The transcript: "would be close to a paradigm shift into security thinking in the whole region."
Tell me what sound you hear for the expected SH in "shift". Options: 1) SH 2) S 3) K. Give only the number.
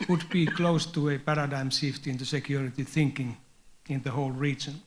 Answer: 2